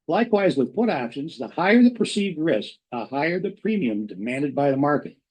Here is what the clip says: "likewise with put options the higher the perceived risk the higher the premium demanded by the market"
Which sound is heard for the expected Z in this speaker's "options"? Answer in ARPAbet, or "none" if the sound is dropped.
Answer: Z